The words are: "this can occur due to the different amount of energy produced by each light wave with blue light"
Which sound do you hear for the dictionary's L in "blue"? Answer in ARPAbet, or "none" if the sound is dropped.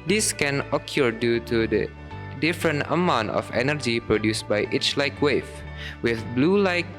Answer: L